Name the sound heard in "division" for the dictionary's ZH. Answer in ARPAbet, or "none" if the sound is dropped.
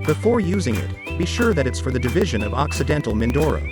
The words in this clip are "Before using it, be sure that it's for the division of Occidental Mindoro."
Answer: ZH